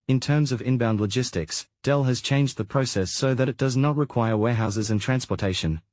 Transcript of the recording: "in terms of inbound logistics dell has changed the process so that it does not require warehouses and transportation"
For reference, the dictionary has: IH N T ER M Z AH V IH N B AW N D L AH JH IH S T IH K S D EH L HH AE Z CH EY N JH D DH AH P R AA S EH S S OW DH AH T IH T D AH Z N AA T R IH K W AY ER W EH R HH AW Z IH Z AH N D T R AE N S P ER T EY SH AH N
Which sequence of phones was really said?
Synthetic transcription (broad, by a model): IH N T ER M Z AH V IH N B AW N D L AH JH IH S T IH K S D EH L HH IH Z CH EY N JH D DH AH P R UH S EH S S OW DH AH T IH T D AH Z N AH T R IH K W AY ER W EH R HH AW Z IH Z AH N T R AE N S P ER T EY SH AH N